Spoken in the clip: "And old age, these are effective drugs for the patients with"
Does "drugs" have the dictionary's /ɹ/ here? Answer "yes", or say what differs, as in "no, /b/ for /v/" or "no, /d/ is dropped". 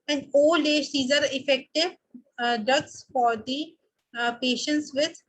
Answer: no, /ɹ/ is dropped